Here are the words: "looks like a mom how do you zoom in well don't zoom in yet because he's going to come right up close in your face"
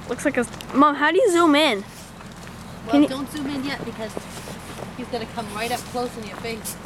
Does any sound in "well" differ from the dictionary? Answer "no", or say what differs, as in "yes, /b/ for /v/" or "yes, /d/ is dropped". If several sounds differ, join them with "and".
yes, /n/ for /l/